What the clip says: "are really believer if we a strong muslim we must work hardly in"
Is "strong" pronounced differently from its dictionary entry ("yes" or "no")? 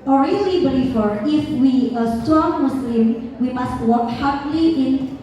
yes